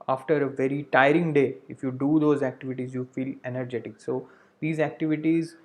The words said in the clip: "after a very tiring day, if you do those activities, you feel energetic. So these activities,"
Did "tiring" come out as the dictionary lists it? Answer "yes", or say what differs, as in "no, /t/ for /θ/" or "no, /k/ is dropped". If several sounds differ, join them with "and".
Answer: yes